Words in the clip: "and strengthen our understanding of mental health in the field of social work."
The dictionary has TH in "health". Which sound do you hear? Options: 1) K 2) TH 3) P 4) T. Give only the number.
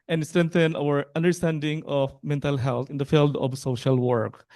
4